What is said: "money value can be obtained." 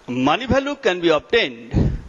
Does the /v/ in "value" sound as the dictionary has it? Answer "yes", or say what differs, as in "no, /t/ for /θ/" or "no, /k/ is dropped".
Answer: no, /b/ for /v/